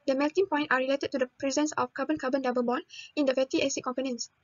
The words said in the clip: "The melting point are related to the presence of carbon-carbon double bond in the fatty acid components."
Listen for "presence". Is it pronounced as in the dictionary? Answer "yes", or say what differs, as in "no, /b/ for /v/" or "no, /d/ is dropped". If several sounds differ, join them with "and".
yes